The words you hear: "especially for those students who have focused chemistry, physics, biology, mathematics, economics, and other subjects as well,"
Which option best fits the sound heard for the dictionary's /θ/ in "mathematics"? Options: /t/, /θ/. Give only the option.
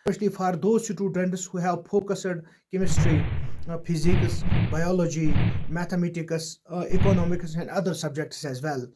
/t/